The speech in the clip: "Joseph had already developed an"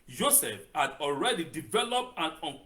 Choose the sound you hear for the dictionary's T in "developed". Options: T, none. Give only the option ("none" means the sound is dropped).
T